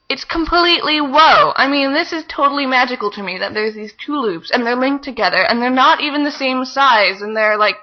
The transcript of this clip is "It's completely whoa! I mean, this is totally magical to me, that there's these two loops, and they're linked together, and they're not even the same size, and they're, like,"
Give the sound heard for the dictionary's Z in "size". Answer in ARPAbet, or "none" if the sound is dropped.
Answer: Z